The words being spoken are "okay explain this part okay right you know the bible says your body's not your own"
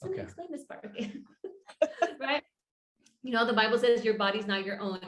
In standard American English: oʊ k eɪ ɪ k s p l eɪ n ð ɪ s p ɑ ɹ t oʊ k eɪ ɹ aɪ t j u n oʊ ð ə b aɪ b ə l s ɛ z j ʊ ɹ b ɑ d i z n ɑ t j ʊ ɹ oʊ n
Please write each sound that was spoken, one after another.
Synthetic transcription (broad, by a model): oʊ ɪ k s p l eɪ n ð ɪ s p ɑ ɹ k ɹ aɪ t j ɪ n oʊ ð ə b aɪ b l s ɛ z j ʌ ɹ b ɑ d i z n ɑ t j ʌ ɹ oʊ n